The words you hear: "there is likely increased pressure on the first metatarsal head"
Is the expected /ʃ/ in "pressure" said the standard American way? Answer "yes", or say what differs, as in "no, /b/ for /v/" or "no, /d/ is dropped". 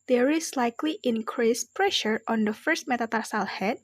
yes